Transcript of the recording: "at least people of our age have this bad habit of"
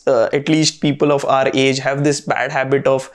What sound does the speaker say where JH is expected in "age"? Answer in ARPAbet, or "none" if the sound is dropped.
JH